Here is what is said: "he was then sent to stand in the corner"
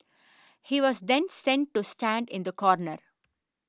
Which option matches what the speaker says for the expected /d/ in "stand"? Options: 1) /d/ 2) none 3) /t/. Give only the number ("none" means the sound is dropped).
1